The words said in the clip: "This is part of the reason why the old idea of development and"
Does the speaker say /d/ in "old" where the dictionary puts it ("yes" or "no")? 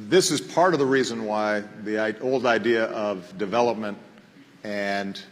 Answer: yes